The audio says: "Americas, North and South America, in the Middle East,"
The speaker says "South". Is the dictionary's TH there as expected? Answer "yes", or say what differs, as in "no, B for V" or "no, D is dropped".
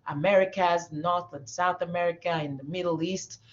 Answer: yes